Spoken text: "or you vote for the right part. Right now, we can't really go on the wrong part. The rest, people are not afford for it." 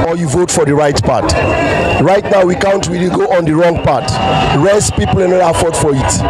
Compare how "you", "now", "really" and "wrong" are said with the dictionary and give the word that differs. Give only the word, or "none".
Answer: really